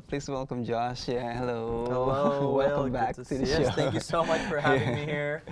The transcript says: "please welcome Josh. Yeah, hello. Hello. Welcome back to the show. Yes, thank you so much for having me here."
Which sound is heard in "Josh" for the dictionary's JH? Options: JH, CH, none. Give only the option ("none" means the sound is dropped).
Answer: JH